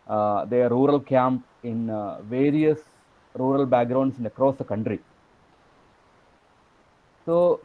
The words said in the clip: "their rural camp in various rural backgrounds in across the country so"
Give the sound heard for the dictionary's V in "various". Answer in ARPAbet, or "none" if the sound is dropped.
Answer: V